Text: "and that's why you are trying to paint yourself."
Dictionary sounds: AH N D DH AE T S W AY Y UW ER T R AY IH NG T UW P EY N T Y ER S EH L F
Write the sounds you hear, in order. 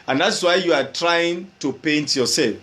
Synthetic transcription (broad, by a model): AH N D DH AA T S W AY Y UW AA T R AY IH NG T UW P EY N T Y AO S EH L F